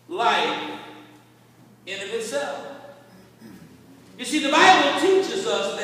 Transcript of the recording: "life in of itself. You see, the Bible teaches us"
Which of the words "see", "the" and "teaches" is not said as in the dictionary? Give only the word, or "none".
none